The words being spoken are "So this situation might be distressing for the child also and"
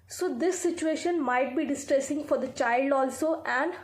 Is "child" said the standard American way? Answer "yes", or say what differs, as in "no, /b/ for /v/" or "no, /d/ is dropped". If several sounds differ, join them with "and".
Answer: yes